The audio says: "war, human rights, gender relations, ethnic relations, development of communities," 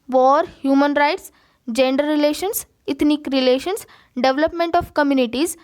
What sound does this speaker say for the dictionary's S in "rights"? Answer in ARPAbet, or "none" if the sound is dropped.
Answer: S